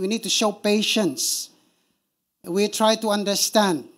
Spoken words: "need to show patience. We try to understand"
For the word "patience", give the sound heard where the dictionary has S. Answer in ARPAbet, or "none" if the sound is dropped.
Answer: S